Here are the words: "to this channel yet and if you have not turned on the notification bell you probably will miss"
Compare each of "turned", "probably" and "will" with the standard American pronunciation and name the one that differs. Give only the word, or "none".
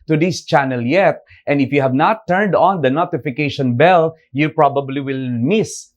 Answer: none